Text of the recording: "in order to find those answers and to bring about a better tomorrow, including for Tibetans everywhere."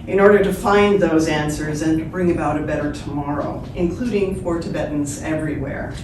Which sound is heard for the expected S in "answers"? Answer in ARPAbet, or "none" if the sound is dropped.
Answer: S